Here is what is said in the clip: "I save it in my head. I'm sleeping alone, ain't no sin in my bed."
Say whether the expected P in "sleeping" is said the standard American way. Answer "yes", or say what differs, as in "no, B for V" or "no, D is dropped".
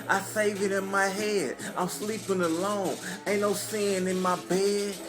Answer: yes